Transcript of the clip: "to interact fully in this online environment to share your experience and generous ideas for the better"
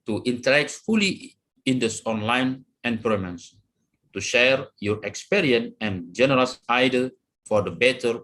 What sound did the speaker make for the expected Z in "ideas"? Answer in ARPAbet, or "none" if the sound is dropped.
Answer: none